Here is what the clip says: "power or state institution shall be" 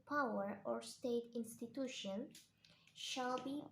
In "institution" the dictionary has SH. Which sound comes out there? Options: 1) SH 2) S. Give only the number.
1